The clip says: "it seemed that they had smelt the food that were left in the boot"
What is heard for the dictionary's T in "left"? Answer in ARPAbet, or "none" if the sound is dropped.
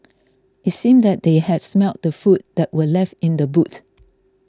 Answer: T